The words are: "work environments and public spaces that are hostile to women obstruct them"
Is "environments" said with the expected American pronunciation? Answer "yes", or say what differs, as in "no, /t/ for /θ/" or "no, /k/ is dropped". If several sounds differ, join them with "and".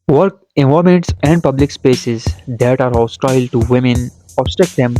no, /ɹ/ is dropped and /n/ is dropped